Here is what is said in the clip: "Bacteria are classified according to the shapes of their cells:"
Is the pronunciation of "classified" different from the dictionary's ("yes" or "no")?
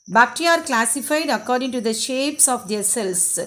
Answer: no